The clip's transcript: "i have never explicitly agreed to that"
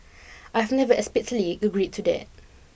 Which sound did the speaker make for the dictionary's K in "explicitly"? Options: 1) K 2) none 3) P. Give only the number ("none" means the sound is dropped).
2